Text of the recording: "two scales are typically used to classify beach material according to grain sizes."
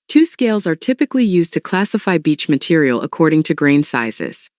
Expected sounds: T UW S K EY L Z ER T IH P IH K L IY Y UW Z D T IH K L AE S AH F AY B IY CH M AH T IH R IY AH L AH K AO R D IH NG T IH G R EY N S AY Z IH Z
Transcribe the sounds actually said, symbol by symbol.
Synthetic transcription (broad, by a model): T UW S K EY L Z ER T IH P IH K L IY Y UW Z T IH K L AE S AH F AY B IY CH M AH T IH R IY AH L AH K AO R D IH NG T IH G R EY N S AY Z IH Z